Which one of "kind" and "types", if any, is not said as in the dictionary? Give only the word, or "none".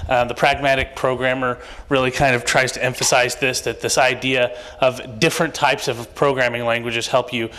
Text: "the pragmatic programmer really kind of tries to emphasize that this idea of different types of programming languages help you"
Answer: none